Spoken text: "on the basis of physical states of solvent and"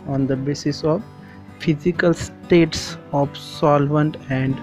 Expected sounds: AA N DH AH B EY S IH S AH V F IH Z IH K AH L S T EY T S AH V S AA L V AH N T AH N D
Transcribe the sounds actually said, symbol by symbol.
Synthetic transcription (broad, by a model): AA N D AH B EY S IH S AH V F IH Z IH K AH L S T EY T S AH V S AA L V AH N T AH N D